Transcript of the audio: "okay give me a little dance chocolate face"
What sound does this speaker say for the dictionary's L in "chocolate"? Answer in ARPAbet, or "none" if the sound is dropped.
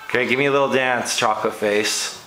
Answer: none